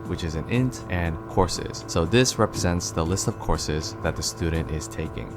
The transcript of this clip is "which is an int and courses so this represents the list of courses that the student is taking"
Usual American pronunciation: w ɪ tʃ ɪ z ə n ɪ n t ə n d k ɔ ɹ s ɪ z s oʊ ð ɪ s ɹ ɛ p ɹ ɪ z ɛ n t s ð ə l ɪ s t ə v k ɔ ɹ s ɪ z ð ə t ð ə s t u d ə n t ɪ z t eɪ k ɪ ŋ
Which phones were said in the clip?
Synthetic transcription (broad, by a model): w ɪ tʃ ɪ z ə n ɪ n t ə n k ɔ ɹ s ɪ z s oʊ ð ɪ s ɹ ɛ p ɹ ɪ z ɛ n t s ð ə l ɪ s t ə v k ɔ ɹ s ɪ z ð ə t ð ə s t u d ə n t ɪ z t eɪ k ɪ ŋ